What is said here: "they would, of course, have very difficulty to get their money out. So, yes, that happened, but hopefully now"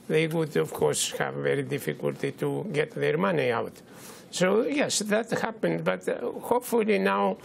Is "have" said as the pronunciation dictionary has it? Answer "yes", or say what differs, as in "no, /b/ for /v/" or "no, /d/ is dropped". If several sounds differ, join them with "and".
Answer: yes